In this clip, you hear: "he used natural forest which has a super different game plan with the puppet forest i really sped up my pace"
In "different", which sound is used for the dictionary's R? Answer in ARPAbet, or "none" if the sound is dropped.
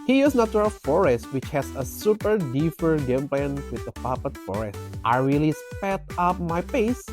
none